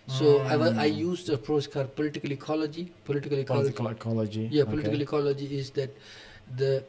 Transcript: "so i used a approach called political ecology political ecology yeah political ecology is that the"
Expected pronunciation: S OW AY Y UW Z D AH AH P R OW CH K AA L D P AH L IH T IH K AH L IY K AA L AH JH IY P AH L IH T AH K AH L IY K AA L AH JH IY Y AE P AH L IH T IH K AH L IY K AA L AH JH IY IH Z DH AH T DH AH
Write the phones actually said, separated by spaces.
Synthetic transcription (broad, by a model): S OW AY Y UW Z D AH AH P R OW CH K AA D P AH L IH T IH K AH L IY K AA L AH JH IY P AH L IH T AH K AH L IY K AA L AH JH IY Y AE P AH L IH T IH K AH L IY K AA L AH JH IY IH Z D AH T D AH